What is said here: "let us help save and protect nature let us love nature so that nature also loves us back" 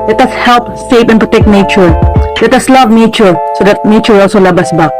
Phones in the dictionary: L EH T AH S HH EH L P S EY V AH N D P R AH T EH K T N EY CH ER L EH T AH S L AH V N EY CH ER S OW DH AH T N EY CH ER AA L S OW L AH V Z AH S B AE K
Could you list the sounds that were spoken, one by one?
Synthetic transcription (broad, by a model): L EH T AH S HH EH L P S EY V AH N P R AH T EH K T N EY CH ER L EH T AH S L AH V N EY CH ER S OW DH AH T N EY CH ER AA L S OW L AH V AH S B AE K